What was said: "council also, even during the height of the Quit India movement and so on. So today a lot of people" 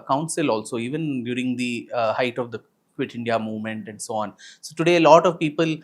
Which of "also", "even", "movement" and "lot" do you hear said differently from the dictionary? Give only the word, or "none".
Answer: none